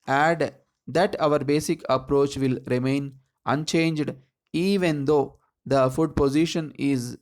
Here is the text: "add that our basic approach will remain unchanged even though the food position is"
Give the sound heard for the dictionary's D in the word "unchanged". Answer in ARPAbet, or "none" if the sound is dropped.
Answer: D